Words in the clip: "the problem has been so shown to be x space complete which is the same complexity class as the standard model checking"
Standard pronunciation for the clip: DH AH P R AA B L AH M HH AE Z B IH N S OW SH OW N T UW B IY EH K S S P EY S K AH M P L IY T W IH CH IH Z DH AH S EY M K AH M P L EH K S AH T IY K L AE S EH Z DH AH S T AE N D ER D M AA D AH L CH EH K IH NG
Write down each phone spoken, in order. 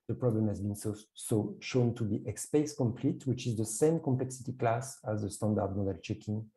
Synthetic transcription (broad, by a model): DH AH P R AA B L AH M HH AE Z B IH N S OW SH OW N T UW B IY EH K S S P EY S K AH M P L IY T W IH CH IH Z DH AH S EY M K AH M P L EH K S AH T IY K L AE S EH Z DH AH S T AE N D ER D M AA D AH L CH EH K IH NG